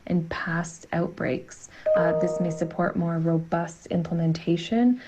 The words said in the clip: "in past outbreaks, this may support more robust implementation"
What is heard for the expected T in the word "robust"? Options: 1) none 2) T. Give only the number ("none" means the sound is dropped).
2